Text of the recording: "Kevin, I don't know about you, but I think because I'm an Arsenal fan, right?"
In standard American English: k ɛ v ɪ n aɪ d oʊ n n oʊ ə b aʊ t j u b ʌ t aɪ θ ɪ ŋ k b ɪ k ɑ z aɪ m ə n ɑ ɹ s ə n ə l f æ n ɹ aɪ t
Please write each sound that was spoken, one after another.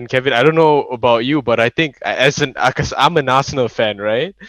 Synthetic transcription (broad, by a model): k ɛ v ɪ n aɪ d oʊ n n oʊ ə b aʊ t j u b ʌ t aɪ t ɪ ŋ k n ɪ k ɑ s aɪ m ə n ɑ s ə n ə l f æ n ɹ aɪ t